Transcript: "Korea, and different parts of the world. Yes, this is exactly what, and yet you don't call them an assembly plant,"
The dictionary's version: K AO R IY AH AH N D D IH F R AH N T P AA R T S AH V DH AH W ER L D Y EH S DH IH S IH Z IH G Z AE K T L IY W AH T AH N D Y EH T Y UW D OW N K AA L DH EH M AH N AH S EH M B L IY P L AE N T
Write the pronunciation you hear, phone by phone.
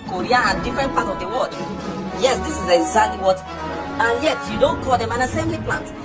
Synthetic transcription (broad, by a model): K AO R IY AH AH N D D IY F R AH N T P AA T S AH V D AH W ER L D Y EH S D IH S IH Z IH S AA T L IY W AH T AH N Y EH T Y UW D OW N K AA L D EH M AH N AH S EH M B L IY P L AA N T